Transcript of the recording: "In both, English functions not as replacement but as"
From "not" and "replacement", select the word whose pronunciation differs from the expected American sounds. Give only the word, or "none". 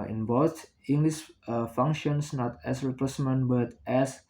replacement